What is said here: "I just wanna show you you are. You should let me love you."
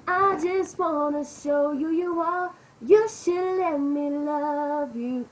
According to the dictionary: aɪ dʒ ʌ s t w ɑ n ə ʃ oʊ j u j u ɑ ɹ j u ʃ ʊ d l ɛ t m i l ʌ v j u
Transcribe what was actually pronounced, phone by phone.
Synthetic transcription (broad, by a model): aɪ dʒ ʌ s t w ɑ n ə ʃ oʊ j u j u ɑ l j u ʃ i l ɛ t m i l ʌ v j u